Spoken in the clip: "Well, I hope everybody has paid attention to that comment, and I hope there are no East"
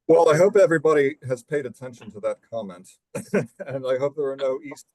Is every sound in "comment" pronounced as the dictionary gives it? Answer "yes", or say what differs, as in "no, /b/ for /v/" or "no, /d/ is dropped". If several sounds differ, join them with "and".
yes